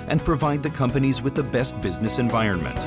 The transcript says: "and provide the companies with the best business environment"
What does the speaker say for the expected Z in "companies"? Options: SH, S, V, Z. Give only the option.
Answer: Z